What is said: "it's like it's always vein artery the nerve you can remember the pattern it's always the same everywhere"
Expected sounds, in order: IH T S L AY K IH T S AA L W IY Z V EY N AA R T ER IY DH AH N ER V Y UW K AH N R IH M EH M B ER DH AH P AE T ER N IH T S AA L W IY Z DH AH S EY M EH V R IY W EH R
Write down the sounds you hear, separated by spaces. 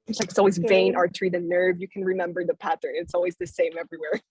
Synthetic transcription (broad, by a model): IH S L AY K IH T S AA L W IY Z V EY N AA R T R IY DH AH N ER V Y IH K N R IH M EH M B ER DH AH P AE T ER N IH T S AA L W IY Z DH AH S EY M EH V R IY W EH R